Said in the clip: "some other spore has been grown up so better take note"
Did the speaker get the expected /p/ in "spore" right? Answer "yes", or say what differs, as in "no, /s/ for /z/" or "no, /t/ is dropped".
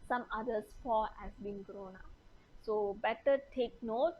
no, /f/ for /p/